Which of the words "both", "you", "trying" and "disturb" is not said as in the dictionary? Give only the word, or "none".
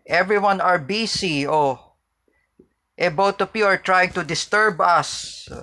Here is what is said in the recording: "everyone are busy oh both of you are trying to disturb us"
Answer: both